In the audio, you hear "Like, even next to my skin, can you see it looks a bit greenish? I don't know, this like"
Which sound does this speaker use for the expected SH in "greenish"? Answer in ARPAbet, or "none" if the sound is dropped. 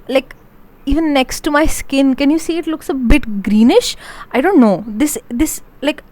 SH